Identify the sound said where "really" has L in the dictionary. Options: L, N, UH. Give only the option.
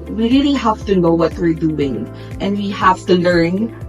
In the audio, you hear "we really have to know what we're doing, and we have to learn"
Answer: N